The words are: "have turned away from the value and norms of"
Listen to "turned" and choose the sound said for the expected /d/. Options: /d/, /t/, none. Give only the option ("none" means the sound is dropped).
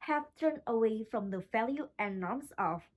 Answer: none